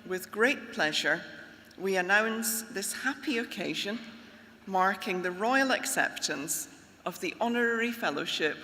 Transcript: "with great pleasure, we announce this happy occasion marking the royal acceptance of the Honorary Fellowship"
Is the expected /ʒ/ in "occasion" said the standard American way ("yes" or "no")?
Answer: yes